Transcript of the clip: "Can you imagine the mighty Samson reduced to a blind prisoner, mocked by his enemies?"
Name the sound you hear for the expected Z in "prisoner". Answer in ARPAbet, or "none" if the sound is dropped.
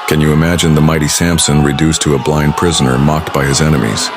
Z